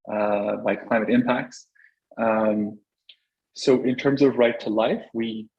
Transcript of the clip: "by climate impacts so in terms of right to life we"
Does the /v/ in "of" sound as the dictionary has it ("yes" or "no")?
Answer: yes